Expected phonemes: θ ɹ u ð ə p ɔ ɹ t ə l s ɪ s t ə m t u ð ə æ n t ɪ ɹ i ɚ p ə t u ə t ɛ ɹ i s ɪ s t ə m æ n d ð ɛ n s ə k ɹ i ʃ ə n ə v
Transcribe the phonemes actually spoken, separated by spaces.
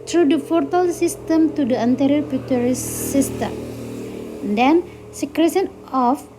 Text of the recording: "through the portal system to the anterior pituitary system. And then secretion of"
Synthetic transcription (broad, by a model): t ɹ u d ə f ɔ ɹ t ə l s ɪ s t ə m t u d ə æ n t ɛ ɹ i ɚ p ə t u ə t ɹ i s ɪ s t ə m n d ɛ n s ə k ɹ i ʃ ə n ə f